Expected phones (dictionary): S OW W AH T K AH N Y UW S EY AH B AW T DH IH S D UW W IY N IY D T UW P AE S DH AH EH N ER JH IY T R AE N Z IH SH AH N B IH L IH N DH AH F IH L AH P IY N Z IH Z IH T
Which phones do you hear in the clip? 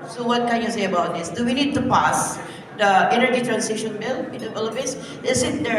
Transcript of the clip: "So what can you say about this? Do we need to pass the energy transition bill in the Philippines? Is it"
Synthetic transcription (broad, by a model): S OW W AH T K AH N Y UW S EY AH B AW T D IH S D UW W IY N IY D T UW P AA S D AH EH N ER JH IY T R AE N S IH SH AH N B IH L IH N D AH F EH L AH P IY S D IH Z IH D